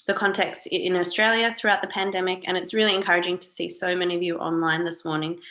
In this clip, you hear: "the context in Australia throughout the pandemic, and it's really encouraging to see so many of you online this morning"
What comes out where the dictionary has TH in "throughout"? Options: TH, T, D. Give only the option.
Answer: TH